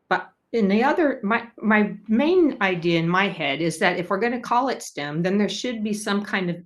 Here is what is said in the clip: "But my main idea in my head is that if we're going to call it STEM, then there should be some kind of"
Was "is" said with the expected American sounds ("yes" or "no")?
yes